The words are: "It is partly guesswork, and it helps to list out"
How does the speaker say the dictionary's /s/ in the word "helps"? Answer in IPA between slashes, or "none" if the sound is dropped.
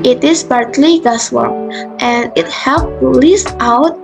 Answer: none